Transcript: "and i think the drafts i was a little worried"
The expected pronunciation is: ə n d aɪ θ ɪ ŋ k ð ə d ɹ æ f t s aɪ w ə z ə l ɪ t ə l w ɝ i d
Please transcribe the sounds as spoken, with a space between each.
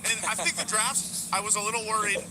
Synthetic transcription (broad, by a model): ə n aɪ θ ɪ ŋ k ð ə d ɹ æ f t aɪ w ə z ə l ɪ t l w ɝ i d